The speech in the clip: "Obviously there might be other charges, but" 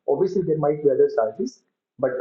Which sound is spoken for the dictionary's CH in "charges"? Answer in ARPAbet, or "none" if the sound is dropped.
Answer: S